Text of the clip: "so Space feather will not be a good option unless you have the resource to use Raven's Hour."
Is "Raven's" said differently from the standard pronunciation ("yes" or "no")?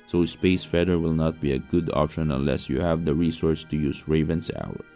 yes